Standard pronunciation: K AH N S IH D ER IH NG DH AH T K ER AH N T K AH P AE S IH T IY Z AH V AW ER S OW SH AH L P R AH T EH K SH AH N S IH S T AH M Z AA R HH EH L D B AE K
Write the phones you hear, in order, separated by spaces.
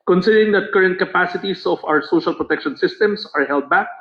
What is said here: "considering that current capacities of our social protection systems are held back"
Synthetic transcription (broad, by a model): K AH N S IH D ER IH NG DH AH T K ER AH N T K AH P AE S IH T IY S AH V AW ER S OW SH AH L P R AH T EH K SH AH N S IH S T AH M S AA R HH EH L D B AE K